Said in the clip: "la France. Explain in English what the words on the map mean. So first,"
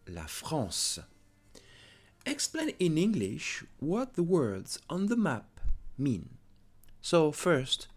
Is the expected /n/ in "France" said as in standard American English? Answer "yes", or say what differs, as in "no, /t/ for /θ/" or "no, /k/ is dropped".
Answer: no, /n/ is dropped